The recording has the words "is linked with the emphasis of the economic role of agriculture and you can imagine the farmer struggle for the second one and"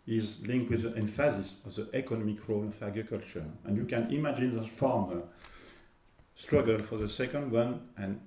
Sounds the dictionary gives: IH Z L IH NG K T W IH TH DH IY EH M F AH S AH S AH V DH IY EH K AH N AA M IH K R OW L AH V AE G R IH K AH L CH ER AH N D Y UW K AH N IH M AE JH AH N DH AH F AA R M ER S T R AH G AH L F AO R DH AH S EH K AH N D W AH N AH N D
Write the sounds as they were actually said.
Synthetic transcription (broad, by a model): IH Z L IH NG K T W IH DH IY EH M F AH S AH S AH V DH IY EH K AH N AA M IH K R OW L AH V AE G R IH K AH L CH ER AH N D Y UW K AH N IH M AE JH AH N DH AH F AA R M ER S T R AH G AH L F AO R DH AH S EH K AH N D W AH N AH N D